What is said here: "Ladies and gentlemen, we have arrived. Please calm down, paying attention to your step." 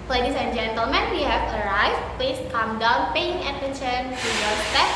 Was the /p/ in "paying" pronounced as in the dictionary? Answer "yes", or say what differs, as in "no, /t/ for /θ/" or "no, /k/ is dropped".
yes